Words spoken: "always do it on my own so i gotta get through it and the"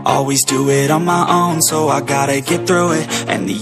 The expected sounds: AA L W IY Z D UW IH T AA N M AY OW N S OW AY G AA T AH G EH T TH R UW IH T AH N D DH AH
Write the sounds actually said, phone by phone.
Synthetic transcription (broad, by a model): AA L W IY Z D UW IH T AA N M AY OW N S OW AY G AA T AH G EH T TH R UW IH T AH N DH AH